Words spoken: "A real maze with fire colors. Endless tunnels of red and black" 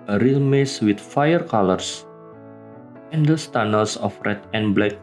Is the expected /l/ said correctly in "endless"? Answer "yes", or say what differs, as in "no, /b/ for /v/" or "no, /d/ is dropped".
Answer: no, /l/ is dropped